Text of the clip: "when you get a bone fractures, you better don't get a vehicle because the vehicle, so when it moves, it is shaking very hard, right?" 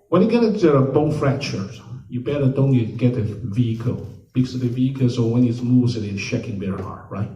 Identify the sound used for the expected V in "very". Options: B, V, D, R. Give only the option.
B